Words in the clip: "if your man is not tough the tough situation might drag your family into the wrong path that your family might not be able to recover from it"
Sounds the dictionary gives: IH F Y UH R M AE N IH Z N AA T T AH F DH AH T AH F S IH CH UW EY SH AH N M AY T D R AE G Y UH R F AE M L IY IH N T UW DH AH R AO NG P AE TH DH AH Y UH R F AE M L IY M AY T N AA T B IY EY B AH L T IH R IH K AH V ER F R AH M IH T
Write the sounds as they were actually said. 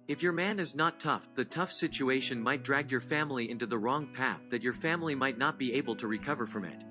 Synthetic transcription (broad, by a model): IH F Y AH R M AE N IH Z N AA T T AH F DH AH T AH F S IH CH UW EY SH AH N M AY T D R AE G Y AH R F AE M L IY IH N T UW DH AH R AO NG P AE TH DH AH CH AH R F AE M L IY M AY T N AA T B IY EY B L T IH R IH K AH V ER F R AH M IH T